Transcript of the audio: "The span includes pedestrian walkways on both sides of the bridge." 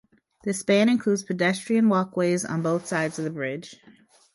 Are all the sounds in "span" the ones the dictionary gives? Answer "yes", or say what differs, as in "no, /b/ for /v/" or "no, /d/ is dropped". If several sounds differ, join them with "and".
no, /b/ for /p/